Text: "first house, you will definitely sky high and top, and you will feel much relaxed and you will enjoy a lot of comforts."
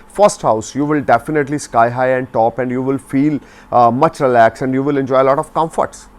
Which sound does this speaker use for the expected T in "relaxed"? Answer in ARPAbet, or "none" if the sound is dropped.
none